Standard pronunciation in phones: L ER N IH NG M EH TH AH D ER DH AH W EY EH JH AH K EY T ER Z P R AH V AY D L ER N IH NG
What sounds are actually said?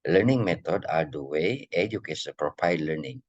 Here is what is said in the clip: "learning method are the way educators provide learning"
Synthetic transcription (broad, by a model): L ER N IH NG M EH T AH D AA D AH W EY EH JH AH K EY S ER P R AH P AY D L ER N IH NG